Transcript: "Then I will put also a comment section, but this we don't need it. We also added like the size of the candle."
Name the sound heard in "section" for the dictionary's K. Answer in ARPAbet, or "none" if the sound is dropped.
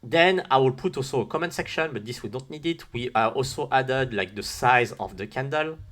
K